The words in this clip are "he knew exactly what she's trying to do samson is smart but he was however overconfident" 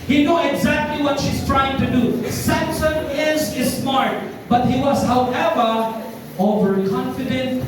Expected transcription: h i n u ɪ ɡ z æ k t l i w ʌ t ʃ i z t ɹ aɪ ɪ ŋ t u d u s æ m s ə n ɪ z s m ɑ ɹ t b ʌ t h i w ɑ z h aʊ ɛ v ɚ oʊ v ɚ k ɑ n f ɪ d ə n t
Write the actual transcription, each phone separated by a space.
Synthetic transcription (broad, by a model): h i n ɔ ɪ ɡ z æ k t l i w ʌ t ʃ i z t ɹ aɪ ɪ ŋ t u d u s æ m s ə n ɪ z s m ɑ ɹ t b ʌ t h i w ɑ z h aʊ ɛ v ɚ oʊ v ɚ k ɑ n f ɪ d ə n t